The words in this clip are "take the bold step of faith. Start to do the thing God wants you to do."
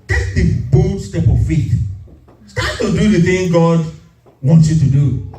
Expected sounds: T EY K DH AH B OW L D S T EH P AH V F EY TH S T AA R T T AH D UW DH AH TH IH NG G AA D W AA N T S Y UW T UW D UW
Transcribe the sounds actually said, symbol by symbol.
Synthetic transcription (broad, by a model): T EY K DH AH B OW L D S T EH P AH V F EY T S T AA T T AH D UW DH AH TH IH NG G AA D W AA N T S Y UW T UW D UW